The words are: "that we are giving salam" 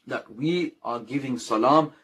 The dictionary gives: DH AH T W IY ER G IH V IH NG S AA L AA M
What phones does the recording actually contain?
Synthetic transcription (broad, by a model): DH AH T W IY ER G IH V IH NG S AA L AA M